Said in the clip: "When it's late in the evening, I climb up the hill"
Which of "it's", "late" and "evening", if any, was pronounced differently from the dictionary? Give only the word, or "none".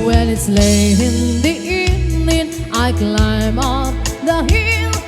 evening